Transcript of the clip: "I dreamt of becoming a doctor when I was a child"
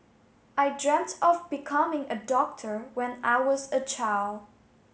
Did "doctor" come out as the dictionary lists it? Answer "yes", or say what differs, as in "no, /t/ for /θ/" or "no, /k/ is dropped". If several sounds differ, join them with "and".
yes